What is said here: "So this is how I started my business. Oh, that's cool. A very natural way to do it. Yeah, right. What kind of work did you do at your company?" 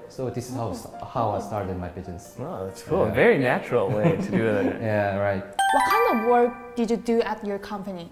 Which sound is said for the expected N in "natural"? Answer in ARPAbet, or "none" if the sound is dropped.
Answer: N